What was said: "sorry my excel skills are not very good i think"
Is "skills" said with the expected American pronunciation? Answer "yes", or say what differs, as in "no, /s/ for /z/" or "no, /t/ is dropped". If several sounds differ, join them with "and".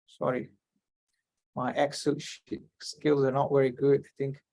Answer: yes